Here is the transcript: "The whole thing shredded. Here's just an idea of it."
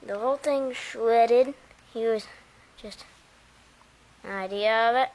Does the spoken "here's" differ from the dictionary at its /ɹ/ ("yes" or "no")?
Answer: yes